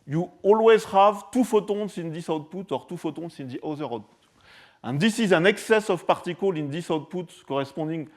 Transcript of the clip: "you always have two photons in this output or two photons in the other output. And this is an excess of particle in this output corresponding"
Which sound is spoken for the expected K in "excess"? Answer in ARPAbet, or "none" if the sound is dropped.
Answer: K